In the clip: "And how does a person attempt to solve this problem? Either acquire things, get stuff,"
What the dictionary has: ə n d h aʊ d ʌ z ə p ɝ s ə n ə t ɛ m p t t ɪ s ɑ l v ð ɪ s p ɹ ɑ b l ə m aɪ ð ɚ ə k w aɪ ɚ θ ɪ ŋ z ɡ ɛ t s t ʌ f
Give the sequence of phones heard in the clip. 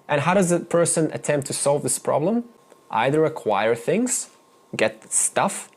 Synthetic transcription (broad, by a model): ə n h aʊ d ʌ z ə p ɝ s ə n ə t ɛ m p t t ɪ s ɑ l v ð ɪ s p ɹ ɑ b l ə m aɪ ð ɚ ə k w aɪ ɚ θ ɪ ŋ z ɡ ɛ t s t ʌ f